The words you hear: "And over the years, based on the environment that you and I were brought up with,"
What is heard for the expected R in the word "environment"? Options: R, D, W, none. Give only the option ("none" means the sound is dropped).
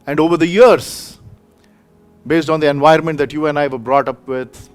none